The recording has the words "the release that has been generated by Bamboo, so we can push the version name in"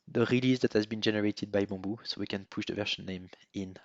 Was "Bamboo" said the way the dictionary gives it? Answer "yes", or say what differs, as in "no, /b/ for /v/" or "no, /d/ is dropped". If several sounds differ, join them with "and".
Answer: no, /m/ is dropped